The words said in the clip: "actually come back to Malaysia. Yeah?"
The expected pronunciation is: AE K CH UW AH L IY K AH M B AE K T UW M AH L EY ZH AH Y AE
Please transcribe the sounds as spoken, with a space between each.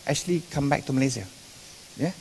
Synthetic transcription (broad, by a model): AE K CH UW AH L IY K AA M B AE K T UW M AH L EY Z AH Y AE